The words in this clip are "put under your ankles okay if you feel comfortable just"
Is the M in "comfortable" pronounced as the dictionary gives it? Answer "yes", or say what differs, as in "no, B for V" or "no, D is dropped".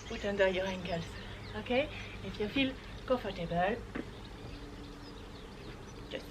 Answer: no, M is dropped